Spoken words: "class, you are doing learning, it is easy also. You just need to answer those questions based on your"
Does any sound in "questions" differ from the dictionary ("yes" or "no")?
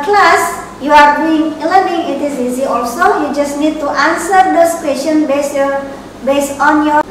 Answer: yes